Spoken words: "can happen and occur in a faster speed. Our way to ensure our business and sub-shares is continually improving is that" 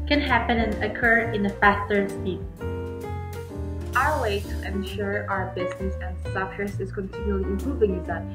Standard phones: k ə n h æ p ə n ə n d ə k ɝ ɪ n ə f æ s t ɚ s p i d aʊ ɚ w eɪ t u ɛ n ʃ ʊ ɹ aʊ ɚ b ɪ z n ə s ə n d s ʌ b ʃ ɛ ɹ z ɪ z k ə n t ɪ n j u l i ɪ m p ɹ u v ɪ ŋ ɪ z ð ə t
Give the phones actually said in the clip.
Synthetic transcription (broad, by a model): k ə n h æ p ə n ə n ə k ɝ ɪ n ə f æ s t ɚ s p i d aʊ ɚ w eɪ t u ɛ n ʃ ʊ ɹ aʊ ɚ b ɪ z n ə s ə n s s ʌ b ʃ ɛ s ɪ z k ə n t ɪ n j u l i ɪ m p ɹ u v ɪ ŋ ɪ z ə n